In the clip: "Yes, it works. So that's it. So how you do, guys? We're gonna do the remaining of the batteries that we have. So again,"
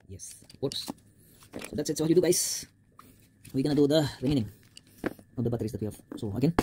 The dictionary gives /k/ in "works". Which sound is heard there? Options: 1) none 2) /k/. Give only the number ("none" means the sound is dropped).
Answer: 1